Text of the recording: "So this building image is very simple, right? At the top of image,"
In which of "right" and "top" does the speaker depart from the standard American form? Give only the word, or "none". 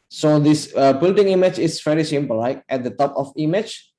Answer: right